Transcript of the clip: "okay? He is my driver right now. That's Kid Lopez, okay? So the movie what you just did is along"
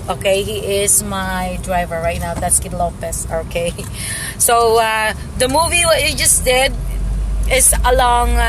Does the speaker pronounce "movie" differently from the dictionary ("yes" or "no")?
no